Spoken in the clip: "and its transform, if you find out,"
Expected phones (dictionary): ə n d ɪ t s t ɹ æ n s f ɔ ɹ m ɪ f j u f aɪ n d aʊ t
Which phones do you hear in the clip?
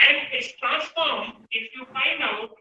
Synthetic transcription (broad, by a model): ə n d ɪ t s t ɹ æ n s f ɔ ɹ m ɪ f j u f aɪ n aʊ